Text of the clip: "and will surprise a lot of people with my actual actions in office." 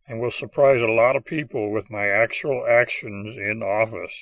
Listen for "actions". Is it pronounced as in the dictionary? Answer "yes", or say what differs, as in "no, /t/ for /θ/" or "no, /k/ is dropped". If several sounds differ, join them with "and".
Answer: yes